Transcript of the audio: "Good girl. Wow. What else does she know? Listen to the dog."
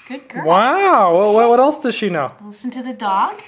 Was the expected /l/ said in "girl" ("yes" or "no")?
no